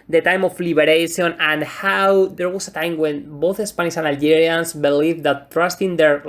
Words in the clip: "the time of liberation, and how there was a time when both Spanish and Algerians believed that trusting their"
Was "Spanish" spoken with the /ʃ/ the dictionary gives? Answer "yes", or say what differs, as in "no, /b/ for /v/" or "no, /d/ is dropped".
no, /s/ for /ʃ/